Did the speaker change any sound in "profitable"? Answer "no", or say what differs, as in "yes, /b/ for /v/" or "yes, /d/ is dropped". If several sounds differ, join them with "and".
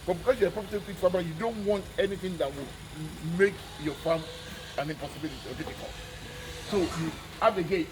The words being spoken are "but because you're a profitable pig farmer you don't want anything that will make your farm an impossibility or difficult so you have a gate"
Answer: yes, /p/ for /f/